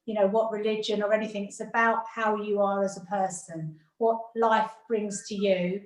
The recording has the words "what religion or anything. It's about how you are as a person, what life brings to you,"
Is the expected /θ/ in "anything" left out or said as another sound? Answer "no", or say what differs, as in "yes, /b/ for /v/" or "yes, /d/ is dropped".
no